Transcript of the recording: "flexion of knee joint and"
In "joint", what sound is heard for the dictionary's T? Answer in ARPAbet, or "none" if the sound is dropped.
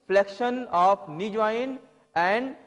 none